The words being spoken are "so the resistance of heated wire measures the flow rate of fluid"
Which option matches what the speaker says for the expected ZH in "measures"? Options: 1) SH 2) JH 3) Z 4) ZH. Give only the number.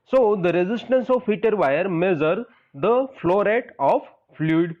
3